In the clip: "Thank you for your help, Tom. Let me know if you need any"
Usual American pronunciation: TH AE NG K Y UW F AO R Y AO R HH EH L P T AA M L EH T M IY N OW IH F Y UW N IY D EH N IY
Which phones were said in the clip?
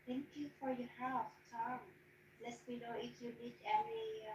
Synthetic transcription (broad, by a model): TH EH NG K Y UW F AO R Y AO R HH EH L F T AA M L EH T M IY N OW IH F Y UW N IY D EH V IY